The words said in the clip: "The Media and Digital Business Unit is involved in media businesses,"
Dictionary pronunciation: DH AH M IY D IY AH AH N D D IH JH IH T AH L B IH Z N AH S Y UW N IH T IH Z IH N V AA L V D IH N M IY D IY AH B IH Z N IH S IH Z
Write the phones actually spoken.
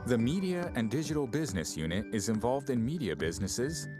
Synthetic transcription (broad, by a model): DH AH M IY D IY AH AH N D D IH JH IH T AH L B IH Z N AH S Y UW N IH T IH Z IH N V AA L V D IH N M IY D IY AH B IH Z N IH S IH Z